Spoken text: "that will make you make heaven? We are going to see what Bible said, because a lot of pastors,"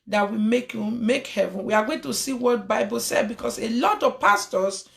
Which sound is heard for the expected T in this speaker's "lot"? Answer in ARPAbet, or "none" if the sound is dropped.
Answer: T